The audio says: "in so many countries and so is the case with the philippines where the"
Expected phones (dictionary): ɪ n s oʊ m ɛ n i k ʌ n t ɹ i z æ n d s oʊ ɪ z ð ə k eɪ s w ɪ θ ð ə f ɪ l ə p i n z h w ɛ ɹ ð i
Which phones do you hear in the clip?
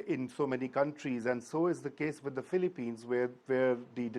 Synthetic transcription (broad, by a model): ɪ n s oʊ m ɛ n i k ʌ n t ɹ i z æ n d s oʊ ɪ z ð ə k eɪ s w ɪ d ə f ɪ l ə p i n z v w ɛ ɹ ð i